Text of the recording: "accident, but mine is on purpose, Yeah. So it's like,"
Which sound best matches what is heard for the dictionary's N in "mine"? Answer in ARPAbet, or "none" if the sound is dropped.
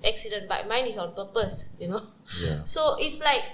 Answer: N